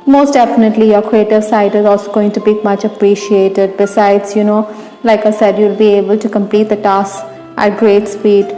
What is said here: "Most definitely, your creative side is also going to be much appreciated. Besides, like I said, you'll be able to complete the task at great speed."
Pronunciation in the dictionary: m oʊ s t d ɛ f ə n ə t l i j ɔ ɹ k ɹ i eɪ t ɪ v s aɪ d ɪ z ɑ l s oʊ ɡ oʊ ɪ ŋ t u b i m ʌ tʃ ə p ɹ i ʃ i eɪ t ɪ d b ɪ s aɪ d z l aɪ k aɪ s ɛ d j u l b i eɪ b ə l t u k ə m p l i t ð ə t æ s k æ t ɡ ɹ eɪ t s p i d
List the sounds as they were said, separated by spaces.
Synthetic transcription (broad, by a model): m oʊ s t d ɛ f ə n ə t l i j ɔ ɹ k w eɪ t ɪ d s aɪ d ɪ z ɑ l s oʊ ɡ oʊ ɪ ŋ t u b i m ʌ tʃ ə p ɹ i ʃ i eɪ t ɪ d b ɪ s aɪ d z l aɪ k aɪ s ɛ d j u l b i eɪ b ə l t u k ə m p l i t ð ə t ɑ s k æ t ɡ ɹ eɪ t s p i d